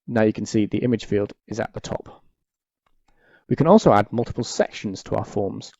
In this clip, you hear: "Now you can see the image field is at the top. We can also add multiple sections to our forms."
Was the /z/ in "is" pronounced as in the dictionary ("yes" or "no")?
yes